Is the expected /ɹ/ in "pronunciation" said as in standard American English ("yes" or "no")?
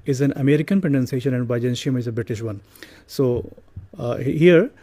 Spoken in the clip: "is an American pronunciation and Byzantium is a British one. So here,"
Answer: no